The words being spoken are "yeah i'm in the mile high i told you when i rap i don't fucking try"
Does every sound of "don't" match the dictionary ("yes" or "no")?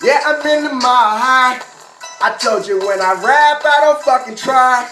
yes